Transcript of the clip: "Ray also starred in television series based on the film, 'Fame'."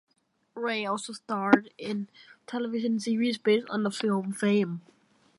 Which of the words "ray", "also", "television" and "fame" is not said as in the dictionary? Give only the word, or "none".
television